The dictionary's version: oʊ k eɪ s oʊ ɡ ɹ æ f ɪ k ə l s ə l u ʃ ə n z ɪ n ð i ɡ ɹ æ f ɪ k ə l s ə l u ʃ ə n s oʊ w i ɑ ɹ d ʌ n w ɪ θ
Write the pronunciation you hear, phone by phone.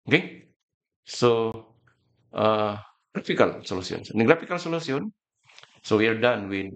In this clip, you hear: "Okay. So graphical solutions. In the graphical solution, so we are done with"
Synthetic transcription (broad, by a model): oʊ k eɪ s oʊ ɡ ɹ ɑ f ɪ k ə l s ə l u s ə n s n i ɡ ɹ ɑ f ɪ k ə l s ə l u s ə n s oʊ w i ɑ ɹ d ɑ n w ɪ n